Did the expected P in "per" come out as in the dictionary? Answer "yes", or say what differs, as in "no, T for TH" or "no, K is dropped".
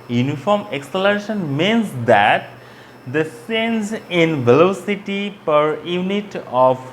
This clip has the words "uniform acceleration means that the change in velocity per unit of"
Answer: yes